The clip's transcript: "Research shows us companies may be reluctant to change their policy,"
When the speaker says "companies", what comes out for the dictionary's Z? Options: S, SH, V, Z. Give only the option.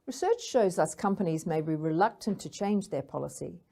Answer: Z